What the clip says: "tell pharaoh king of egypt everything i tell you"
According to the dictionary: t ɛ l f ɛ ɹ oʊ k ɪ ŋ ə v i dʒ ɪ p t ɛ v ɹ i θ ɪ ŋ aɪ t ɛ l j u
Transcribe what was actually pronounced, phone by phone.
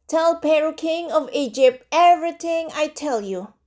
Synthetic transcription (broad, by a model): t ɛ l p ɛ ɹ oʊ k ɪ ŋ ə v i dʒ ɪ p t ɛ v ɹ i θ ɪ ŋ aɪ t ɛ l j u